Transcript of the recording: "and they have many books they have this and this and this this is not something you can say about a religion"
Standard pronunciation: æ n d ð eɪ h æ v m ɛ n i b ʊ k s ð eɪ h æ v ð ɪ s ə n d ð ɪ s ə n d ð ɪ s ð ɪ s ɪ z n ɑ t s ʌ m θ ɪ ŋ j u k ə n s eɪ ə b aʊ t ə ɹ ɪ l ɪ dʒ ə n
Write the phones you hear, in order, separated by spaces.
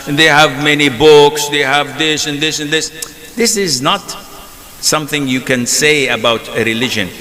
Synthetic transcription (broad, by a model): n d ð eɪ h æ v m ɛ n i b ʊ k s ð eɪ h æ v ð ɪ s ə n ð ɪ s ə n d ð ɪ s ð ɪ s ɪ z n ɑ t s ʌ m θ ɪ ŋ j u k ə n s eɪ ə b aʊ t ə ɹ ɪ l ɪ dʒ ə n